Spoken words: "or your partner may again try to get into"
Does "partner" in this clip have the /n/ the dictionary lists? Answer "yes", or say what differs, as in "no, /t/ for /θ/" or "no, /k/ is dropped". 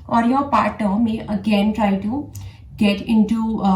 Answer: no, /n/ is dropped